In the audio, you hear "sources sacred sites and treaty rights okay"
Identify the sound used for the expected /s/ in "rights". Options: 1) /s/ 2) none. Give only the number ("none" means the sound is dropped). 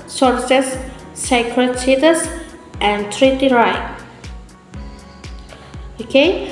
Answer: 2